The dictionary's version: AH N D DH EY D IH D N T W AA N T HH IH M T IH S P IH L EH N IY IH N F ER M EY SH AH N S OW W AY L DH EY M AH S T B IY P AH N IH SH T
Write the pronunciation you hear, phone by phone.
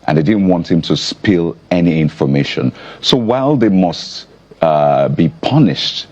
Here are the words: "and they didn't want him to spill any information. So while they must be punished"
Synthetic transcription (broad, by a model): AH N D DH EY D IH D N T W AA N T HH IH M T IH S P IH L EH N IY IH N F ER M EY SH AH N S OW W AY L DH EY M AH S T B IY P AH N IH SH T